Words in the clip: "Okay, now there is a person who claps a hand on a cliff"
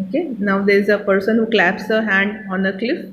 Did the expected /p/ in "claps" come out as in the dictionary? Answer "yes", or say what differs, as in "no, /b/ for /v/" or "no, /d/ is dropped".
yes